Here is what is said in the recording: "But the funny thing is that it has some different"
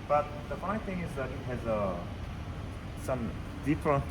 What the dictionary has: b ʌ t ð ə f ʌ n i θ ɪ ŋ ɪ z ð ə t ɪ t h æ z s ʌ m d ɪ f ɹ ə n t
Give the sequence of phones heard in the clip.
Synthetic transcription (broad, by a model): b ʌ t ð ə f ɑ i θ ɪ ŋ ɪ z ð ə t ɪ t h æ z s ʌ m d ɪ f ɹ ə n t